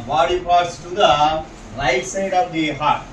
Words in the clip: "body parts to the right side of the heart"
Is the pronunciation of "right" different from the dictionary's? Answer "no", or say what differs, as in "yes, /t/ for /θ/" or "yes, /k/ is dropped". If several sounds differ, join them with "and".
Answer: yes, /l/ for /ɹ/